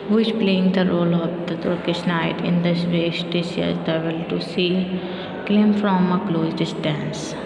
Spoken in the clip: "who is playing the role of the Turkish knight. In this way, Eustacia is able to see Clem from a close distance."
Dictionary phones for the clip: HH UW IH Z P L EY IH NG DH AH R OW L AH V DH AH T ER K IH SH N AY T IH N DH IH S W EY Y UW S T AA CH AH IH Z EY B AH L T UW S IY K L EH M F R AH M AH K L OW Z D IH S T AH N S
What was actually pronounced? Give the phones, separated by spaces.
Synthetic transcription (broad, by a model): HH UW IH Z P L EY IH NG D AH R OW L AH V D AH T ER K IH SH N AY T IH N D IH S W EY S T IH S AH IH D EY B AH L T UW S IY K L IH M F R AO M AH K L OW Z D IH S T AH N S